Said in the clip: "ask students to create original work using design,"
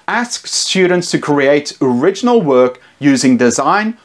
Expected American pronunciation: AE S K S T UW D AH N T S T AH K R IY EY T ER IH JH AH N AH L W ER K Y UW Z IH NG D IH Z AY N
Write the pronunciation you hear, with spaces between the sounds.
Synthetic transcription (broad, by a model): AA S K S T UW D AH N T S T AH K R IY EY T ER IH JH AH N AH L W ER K Y UW Z IH NG D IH Z AY N